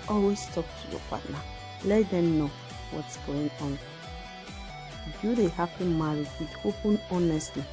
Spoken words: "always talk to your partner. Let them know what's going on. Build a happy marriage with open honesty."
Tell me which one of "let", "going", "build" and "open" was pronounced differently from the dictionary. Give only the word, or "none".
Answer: build